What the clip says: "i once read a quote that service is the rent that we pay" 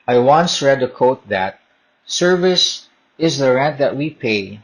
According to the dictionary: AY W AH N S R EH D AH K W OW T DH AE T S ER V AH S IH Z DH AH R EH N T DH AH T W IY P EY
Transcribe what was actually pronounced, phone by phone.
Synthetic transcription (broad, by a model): AY W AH N S R EH D AH K OW T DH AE T S ER V AH S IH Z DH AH R EH N T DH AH T W IY P EY